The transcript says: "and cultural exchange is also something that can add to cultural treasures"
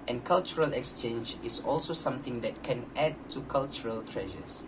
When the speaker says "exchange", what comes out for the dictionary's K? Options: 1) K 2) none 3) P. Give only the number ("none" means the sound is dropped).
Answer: 1